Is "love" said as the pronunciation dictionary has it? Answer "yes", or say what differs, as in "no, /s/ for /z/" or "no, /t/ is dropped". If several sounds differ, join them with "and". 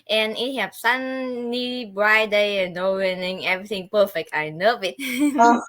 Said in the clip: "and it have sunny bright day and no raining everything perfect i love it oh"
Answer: no, /n/ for /l/